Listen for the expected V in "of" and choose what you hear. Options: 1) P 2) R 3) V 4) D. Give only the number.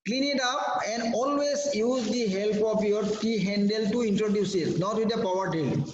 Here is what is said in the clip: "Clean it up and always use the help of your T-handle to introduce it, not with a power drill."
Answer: 1